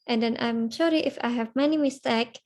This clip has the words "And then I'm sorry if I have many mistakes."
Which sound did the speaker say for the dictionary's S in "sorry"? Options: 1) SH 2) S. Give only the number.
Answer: 1